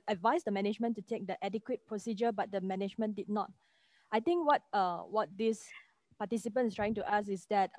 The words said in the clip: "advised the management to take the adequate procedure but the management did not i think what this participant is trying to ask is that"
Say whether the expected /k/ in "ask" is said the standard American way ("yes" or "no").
no